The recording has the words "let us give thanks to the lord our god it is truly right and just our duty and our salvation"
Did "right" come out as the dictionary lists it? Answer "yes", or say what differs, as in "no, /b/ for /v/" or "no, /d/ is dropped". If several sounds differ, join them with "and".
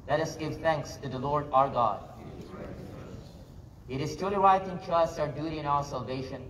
no, /w/ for /ɹ/